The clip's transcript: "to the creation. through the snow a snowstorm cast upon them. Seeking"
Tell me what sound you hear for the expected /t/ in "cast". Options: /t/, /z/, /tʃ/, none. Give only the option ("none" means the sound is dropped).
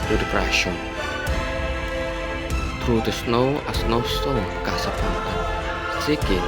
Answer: none